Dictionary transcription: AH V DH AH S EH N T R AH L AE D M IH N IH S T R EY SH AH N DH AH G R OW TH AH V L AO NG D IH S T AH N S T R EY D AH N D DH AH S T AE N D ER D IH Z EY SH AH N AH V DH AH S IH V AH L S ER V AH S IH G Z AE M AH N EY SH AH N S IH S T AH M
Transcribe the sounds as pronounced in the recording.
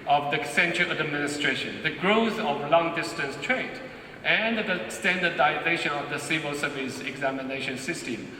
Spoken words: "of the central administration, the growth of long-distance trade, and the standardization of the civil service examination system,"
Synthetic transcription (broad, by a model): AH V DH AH S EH N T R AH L AE D M IH N IH S T R EY SH AH N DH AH G R OW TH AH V L AO NG D IH S T AH N S T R EY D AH N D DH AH S T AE N D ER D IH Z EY SH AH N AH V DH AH S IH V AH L S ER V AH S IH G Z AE M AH N EY SH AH N S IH S T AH M